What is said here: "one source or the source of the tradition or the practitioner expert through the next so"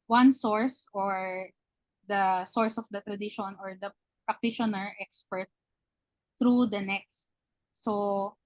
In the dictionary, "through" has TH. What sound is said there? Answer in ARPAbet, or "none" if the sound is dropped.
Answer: T